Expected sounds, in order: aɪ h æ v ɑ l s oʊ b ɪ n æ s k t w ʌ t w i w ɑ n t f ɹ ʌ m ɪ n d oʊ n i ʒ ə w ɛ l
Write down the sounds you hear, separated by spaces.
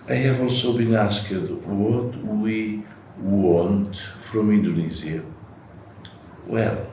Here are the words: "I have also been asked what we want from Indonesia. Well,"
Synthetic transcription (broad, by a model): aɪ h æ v ɑ l s oʊ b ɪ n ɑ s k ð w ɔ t w i w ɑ n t f ɹ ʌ m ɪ n d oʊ n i z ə w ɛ l